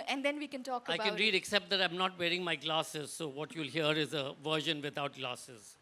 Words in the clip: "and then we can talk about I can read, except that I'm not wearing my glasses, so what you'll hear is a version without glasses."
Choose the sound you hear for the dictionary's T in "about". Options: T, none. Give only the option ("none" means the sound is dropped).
none